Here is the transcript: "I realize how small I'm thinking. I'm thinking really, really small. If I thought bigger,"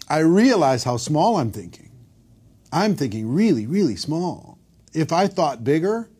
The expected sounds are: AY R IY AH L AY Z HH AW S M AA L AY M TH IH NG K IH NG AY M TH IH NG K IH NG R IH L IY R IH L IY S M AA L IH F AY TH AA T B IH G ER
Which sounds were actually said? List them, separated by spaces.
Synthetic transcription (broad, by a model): AY R IY AH L AY Z HH AW S M AA L AY M TH IH NG K IH NG AY M TH IH NG K IH NG R IH L IY R IH L IY S M AA L IH F AY TH AA T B IH G ER